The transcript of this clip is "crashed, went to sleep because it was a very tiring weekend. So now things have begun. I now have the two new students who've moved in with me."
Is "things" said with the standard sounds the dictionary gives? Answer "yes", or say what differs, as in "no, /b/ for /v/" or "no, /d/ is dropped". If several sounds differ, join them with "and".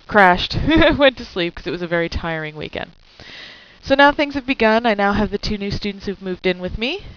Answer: yes